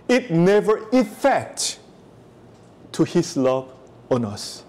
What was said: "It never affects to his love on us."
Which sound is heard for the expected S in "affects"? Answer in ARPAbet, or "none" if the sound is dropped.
none